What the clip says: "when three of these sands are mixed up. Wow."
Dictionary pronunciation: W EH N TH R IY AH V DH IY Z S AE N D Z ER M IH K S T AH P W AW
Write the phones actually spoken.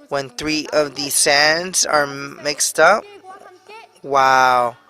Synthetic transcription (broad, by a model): W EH N TH R IY AH V DH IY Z S AE N D Z ER M IH K S T AH P W AW